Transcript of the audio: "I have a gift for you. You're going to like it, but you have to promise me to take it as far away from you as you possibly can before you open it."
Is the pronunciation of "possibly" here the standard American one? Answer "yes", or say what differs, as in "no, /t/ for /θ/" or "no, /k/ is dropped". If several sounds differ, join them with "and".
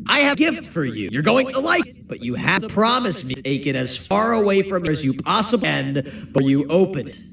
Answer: no, /l/ is dropped